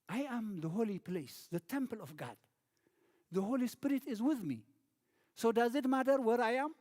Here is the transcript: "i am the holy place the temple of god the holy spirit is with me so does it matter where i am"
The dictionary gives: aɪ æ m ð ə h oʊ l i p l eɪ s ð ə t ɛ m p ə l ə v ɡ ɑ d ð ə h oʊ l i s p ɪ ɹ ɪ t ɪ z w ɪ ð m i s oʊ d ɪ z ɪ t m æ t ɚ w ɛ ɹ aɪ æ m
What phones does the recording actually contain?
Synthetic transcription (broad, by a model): aɪ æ m ð ə h oʊ l i p l eɪ s ð ə t ɛ m p ə l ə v ɡ ɑ d ð ə h oʊ l i s p ɪ ɹ ɪ t ɪ z w ɪ ð m i s oʊ d ɪ z ɪ t m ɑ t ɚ w ɛ ɹ aɪ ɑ m